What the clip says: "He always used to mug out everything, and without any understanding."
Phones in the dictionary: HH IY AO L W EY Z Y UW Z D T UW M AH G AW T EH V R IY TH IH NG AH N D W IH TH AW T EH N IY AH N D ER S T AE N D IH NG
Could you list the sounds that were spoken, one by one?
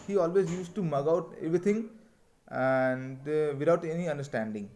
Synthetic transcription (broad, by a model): HH IY AO L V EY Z Y UW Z T UW M AH G AW T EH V R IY T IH NG AH N D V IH T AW T EH N IY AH N D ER S T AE N D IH NG